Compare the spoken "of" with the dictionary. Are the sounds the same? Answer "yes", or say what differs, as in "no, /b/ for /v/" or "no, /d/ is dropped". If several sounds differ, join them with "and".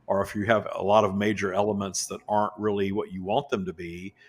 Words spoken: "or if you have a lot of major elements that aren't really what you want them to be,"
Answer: yes